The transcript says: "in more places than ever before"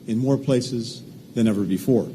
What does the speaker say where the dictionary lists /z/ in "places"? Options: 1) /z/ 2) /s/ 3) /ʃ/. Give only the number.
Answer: 1